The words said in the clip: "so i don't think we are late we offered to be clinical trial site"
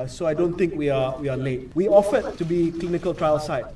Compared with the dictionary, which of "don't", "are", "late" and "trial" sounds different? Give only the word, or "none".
are